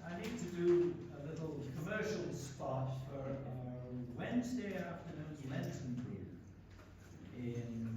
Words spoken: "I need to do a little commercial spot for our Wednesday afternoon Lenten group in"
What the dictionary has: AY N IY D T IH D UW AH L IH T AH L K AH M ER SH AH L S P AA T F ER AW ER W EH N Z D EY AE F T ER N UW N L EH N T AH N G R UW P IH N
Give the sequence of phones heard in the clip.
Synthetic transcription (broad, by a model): AY N IY D T IH D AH AH L IH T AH L K AH M ER SH AH L S P AA T F ER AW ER W EH N Z D EY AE F T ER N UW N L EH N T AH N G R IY IH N